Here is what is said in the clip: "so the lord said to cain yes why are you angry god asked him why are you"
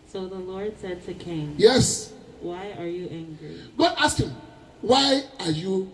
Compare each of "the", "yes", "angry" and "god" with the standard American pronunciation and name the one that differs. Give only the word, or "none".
none